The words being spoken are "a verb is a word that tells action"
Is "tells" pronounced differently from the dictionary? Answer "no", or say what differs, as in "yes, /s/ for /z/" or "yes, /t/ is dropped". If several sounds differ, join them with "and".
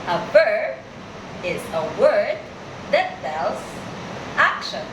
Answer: yes, /s/ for /t/